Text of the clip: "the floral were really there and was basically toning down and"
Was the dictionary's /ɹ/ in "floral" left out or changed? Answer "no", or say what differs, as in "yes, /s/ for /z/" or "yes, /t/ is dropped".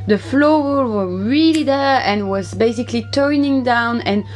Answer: yes, /w/ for /ɹ/